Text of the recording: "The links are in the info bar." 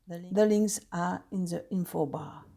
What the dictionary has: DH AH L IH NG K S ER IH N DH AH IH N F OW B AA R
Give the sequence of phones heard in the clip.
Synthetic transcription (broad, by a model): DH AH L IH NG S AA IH N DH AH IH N F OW B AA